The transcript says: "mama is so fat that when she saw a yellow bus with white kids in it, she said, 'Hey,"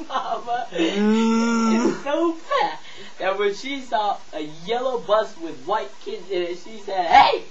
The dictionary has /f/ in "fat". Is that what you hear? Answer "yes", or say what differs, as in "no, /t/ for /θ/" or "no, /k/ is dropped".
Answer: no, /p/ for /f/